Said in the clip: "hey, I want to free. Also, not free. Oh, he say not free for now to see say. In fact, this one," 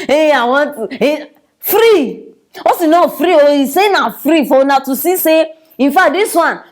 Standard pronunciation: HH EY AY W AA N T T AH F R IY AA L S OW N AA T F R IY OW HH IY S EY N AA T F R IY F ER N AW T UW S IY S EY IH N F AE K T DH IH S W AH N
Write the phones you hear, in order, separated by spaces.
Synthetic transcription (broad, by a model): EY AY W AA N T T F R IY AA S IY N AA F R IY OW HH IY S EY N AA F R IY F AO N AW T UW S IY S EY IH N F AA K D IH S W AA N